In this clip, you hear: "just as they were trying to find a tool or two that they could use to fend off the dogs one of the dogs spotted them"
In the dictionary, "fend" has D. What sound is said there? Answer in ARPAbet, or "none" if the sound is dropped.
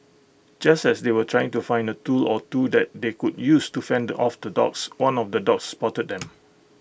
D